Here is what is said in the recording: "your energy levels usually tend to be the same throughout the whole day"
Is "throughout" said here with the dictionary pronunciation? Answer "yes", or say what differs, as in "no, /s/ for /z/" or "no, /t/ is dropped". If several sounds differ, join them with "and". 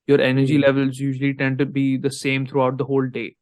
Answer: no, /t/ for /θ/